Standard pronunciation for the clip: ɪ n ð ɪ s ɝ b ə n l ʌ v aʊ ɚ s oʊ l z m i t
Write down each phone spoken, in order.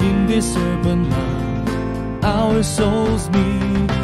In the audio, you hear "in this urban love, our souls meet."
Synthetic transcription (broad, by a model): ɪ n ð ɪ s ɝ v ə n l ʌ aʊ ɚ s oʊ l z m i